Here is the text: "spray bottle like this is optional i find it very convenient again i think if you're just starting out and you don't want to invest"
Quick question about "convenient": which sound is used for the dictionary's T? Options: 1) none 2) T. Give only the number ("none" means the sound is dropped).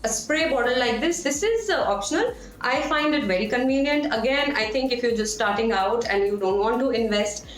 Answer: 2